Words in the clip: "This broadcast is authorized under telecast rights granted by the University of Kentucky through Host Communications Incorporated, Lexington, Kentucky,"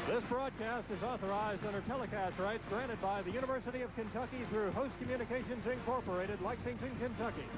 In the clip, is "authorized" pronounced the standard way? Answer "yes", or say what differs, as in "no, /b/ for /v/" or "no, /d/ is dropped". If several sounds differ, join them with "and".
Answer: yes